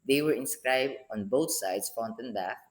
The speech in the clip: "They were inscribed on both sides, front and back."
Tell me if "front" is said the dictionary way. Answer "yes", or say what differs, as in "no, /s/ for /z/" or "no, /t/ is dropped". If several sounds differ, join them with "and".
no, /ɹ/ is dropped